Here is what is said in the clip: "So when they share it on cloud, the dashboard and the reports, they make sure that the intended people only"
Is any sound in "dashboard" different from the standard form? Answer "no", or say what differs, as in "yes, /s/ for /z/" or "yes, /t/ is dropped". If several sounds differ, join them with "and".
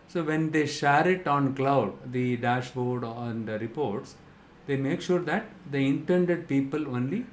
no